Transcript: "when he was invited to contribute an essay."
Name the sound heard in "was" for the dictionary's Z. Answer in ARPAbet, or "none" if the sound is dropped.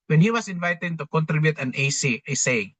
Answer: S